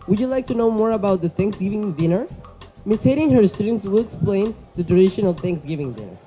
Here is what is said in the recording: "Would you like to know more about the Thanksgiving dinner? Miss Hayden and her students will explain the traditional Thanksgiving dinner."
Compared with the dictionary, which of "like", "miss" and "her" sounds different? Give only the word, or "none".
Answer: none